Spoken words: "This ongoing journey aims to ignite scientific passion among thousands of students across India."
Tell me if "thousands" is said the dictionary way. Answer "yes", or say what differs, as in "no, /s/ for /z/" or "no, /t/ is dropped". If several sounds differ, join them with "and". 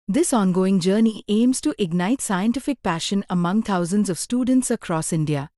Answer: no, /t/ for /θ/